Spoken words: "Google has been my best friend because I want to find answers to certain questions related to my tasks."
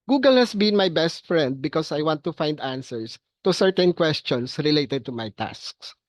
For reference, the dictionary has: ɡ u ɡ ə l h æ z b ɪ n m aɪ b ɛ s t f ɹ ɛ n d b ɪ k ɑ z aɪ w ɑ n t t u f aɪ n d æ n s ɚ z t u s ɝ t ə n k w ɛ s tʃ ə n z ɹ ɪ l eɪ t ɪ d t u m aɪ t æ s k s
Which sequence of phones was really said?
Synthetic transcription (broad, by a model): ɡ u ɡ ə l h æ s b ɪ n m aɪ b ɛ s t f ɹ ɛ n d b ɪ k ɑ s aɪ w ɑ n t t u f aɪ n d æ n s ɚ s t u s ɝ t ə n k w ɛ s tʃ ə n s ɹ ɪ l eɪ t ɪ d t u m aɪ t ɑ s k s